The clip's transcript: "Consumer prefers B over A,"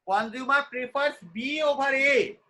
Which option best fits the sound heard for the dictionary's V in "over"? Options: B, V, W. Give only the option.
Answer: B